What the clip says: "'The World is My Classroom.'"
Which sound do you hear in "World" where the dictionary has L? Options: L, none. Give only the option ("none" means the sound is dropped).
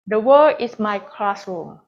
none